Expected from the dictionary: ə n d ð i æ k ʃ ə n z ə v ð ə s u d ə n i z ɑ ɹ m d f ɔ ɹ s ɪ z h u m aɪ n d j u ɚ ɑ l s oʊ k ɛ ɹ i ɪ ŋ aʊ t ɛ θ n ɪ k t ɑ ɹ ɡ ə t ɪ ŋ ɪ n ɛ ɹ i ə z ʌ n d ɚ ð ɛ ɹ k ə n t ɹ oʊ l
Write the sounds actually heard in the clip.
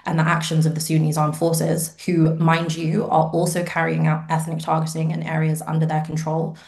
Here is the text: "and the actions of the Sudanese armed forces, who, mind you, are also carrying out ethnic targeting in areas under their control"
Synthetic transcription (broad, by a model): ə n ð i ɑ k ʃ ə n z ə v ð ə s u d n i z ɑ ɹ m f ɔ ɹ s ɪ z h u m aɪ n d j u ɚ ɑ l s oʊ k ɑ ɹ i ɪ ŋ aʊ t ɛ θ n ɪ k t ɑ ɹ ɡ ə t ɪ ŋ ɪ n ɛ ɹ i ə z ʌ n d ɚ ð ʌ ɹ k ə n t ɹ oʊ l